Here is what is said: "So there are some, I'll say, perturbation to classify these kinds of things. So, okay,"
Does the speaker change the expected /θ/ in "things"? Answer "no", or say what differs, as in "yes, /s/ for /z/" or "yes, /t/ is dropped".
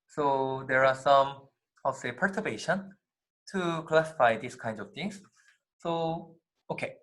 yes, /t/ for /θ/